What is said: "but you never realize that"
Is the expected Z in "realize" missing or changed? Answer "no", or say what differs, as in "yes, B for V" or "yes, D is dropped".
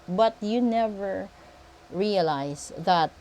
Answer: yes, S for Z